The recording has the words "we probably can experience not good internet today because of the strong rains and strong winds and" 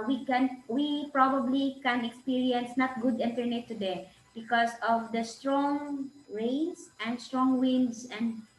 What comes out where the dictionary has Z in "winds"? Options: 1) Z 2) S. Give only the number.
2